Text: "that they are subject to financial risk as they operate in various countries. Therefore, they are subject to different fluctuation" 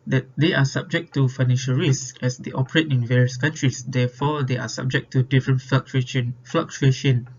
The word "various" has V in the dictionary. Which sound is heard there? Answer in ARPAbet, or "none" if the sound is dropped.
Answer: V